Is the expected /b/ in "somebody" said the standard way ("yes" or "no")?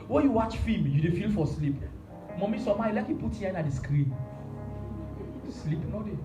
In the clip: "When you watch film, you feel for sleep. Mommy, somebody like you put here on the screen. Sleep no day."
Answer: no